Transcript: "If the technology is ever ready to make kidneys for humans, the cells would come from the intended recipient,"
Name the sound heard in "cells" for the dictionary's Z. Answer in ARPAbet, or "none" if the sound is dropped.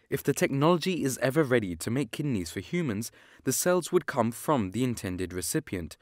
Z